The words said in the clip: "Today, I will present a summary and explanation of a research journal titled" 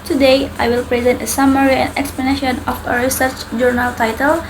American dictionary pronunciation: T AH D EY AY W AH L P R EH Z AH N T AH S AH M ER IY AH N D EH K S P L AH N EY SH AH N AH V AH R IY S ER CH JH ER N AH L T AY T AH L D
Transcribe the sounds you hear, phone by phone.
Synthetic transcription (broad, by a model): T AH D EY AY W AH L P R EH Z AH N T AH S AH M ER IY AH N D EH K S P L AH N EY SH AH N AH F AH R IY S ER CH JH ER N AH L T AY T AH L